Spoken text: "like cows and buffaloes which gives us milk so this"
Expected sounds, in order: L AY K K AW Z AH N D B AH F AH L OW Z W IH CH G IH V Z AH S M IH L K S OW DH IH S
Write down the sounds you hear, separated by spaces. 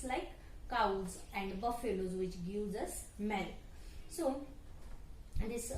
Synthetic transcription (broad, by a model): L AY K K AW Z AH N D B AH F AH L OW Z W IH CH G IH Z AH S M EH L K S OW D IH S